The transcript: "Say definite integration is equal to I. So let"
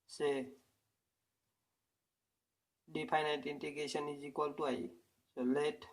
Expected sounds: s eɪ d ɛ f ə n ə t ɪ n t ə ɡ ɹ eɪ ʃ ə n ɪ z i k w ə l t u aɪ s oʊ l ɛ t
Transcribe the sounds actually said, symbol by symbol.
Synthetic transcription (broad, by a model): s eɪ d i p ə n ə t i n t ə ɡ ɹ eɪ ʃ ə n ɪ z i k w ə l t u aɪ s oʊ l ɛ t